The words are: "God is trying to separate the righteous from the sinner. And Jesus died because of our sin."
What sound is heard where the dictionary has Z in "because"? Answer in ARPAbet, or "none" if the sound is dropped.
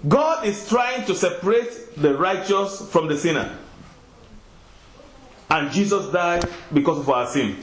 S